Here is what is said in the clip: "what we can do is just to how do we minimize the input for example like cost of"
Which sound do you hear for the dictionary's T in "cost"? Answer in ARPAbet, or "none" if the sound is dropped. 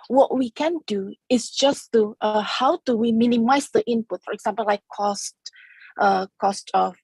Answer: T